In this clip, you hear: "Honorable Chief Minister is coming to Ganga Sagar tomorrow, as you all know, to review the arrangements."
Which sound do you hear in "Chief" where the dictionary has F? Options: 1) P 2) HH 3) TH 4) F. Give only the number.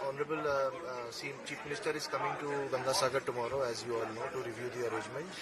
1